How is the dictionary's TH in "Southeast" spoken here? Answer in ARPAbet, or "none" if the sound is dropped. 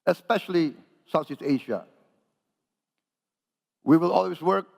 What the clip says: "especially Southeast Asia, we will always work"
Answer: S